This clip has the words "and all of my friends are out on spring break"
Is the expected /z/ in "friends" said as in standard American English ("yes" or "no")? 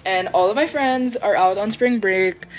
yes